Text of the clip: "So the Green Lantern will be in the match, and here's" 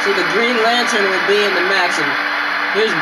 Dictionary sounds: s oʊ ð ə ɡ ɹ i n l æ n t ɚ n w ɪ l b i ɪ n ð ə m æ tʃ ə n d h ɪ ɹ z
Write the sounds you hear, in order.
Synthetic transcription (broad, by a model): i ð ə ɡ ɹ i n l æ n t ɚ n w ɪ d b i ɪ n ð ə m æ s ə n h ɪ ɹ z